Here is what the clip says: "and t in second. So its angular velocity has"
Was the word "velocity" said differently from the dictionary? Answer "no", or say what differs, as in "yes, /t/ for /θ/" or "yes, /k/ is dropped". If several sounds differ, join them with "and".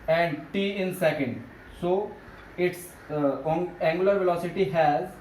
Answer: no